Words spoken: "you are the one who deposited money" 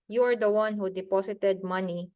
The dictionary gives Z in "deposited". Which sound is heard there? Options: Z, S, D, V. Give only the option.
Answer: S